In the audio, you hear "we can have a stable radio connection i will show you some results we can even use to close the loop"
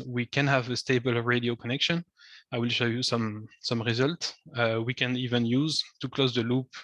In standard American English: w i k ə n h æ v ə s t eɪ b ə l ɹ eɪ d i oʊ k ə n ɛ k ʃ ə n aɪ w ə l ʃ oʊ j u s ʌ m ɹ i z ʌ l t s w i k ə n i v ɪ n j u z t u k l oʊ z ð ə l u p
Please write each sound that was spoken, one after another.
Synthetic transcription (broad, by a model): w i k ə n h æ v ə s t eɪ b ə l ɹ eɪ d i oʊ k ə n ɛ k ʃ ə n aɪ w ə l ʃ oʊ j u s ʌ m ɹ i z ʌ l t s w i k ə n i v ɪ n j u z t u k l oʊ z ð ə l u p